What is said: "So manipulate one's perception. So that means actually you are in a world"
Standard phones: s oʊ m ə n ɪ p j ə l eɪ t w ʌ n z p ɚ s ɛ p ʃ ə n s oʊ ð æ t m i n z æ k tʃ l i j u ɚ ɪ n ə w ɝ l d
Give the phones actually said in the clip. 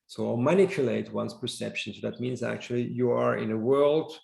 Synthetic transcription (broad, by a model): s oʊ m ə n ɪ p j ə l eɪ t w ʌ n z p ɚ s ɛ p ʃ ə n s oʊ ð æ t m i n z æ k tʃ l i j u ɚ ɪ n ə w ɝ l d